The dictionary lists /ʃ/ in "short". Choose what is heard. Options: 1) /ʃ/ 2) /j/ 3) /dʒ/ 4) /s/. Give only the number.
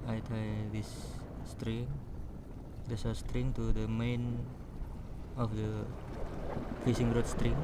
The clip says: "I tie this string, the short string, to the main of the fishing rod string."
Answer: 4